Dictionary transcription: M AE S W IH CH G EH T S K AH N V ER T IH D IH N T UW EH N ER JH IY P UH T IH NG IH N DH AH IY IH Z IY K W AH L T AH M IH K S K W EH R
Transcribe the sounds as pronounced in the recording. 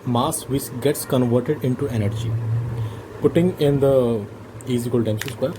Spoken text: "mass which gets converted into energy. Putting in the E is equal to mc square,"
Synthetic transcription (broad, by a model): M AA S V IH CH G EH T S K AH N V ER T IH D IH N T UW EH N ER JH IY P UH T IH NG IH N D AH IY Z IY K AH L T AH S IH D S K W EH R